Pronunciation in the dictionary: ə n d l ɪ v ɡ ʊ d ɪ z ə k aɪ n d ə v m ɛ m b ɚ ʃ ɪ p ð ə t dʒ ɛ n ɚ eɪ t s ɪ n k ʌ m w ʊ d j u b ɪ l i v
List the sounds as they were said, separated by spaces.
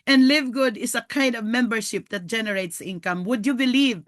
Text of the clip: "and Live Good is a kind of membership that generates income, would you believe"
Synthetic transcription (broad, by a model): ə n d l ɪ v ɡ ʊ d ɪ s ə k aɪ n d ə v m ɛ m b ɚ ʃ ɪ p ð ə t dʒ ɛ n ɚ eɪ t s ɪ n k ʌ m w ʊ d j u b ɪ l i v